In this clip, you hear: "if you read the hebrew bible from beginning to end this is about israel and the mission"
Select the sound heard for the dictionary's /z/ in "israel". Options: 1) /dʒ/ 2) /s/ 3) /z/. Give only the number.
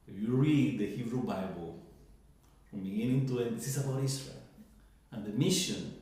2